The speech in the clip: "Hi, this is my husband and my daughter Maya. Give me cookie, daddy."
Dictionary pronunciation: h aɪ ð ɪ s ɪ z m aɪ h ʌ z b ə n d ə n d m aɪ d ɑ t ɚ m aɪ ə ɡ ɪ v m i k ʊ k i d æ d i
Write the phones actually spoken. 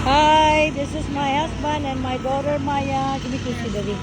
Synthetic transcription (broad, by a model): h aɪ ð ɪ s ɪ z m aɪ h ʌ s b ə n d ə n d m aɪ d ɑ t ɚ m aɪ ə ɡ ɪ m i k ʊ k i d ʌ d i